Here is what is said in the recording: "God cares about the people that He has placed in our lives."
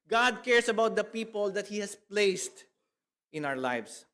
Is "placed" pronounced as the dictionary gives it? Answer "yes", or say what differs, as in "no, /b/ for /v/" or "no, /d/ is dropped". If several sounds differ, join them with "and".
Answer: yes